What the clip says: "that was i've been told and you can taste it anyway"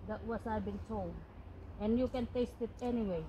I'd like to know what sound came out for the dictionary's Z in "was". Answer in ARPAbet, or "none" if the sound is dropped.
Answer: S